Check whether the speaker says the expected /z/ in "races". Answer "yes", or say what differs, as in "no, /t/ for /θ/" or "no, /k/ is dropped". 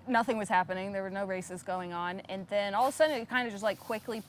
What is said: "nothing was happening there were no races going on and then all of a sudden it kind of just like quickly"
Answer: yes